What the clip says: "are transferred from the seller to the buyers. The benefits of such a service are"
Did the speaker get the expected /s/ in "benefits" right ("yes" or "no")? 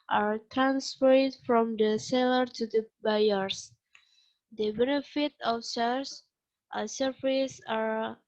no